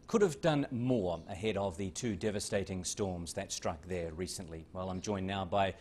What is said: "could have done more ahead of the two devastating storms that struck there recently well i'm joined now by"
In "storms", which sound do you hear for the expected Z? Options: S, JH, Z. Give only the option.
Z